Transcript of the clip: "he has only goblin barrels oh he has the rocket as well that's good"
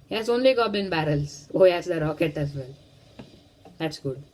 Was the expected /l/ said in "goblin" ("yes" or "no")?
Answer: no